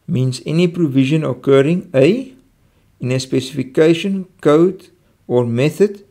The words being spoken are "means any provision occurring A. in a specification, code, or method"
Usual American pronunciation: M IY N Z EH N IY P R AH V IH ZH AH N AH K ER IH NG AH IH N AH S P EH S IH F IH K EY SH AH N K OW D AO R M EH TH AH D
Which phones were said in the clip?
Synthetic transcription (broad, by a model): M IY N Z EH N IY P R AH V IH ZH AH N AH K ER IH NG AH IH N AH S P EH S IH F IH K EY SH AH N K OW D AO R M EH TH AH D